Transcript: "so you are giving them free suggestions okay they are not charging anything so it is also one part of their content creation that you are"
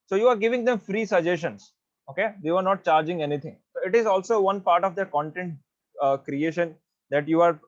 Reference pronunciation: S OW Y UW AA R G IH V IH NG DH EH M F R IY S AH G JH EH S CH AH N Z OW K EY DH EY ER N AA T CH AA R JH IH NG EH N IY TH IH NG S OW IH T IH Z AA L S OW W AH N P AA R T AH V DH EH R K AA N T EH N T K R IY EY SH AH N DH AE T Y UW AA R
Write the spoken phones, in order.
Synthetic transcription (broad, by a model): S OW Y UW AA R G IH V IH NG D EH M F R IY S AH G JH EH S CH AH N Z OW K EY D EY ER N AA T CH AA R JH IH NG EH N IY T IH NG S OW IH T IH Z AA L S OW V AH N P AA R T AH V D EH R K AA N T EH N T K R IY EY SH AH N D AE T Y UW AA R